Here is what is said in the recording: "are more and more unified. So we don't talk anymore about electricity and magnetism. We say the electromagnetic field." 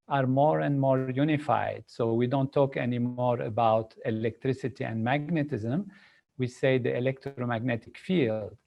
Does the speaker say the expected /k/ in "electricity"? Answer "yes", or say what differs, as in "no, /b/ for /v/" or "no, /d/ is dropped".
yes